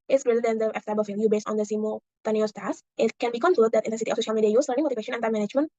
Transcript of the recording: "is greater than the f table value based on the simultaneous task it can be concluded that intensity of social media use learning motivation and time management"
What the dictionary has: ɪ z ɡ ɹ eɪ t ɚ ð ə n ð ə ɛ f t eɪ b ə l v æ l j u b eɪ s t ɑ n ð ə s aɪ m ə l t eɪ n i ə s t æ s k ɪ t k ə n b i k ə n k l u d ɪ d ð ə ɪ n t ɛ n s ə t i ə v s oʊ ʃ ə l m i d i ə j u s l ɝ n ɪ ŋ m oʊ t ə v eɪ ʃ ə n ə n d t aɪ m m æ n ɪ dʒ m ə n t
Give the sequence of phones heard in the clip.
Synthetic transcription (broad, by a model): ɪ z ɡ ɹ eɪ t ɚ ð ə n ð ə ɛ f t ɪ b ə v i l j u b eɪ s t ɑ n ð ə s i m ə t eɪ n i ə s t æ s ɪ t k ə n b i k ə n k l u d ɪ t ɪ n t ɛ n s ə t i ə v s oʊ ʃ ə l m i d i ə j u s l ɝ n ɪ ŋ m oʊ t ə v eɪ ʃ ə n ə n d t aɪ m m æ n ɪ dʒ m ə n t